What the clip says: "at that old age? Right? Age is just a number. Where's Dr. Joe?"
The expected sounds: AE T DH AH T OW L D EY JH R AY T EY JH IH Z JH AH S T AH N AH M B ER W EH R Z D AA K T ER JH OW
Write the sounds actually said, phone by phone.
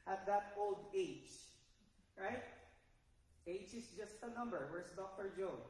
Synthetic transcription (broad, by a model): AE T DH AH T OW L D EY JH R AY T EY JH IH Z JH AH S T AH N AH M B ER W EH R S D AA K T ER JH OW